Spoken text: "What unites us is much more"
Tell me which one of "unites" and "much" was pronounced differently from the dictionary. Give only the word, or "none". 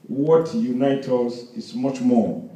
unites